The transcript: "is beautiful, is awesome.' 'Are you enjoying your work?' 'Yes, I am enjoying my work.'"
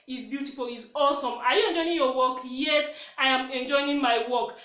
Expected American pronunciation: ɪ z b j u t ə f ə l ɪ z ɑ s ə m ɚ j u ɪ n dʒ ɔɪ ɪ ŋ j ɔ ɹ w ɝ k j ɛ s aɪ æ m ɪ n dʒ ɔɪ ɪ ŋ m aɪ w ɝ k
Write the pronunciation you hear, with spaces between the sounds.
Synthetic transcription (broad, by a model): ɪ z b j u t ə f ə l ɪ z ɑ s ə m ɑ j u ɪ n dʒ ɔɪ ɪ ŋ j ɔ w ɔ k j ɛ s aɪ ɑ m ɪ n dʒ ɔɪ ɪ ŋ m aɪ w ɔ k